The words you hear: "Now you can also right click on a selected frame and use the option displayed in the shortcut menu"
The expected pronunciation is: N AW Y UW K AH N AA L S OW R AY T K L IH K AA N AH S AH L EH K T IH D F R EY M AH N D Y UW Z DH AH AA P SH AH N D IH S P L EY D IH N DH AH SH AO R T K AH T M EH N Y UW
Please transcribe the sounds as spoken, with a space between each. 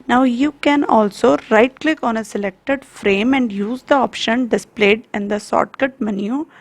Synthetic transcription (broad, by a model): N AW Y UW K AH N AA L S OW R AY T K L IH K AA N AH S AH L EH K T IH D F R EY M AH N D Y UW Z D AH AA P SH AH N D IH S P L EY D IH N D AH S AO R T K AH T M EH N Y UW